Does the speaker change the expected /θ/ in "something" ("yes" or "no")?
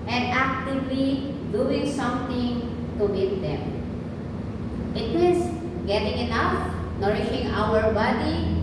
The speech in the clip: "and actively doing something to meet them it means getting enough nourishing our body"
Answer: yes